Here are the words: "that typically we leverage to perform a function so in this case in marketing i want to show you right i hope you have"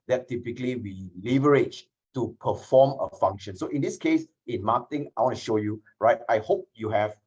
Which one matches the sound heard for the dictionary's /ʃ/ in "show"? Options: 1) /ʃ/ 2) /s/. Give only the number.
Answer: 1